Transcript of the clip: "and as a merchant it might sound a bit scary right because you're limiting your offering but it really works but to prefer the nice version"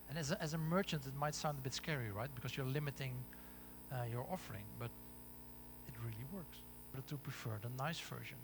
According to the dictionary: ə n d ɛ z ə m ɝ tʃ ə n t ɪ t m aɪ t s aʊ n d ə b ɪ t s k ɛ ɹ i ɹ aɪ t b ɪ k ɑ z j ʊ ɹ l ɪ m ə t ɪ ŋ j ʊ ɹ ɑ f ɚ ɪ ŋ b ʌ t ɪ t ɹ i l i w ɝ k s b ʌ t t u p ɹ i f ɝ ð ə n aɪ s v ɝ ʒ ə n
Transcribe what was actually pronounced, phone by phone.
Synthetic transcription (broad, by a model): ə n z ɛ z ə m ɝ tʃ ə n t ɪ t m aɪ t s aʊ n d ə b ɪ t s k ɛ ɹ i ɹ aɪ t b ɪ k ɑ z j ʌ ɹ l ɪ m ə t ɪ ŋ j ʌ ɹ ɑ f ɚ ɪ ŋ b ʌ t ɪ t ɹ i l i w ɝ k s b ʌ t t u p ɹ i f ɝ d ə n aɪ s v ɝ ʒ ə n